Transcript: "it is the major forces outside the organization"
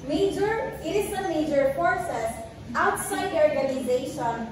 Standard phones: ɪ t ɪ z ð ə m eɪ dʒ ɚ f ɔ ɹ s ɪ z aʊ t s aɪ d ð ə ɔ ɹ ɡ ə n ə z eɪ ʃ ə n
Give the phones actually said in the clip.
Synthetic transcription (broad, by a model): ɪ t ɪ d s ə m eɪ dʒ ɚ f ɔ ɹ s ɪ s aʊ t s aɪ d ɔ ɹ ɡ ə n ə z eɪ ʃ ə n